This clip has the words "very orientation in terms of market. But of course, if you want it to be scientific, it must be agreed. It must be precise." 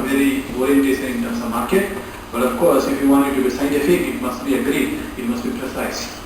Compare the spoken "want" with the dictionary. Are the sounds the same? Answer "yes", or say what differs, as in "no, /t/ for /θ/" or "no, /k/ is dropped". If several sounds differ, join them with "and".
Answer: no, /t/ is dropped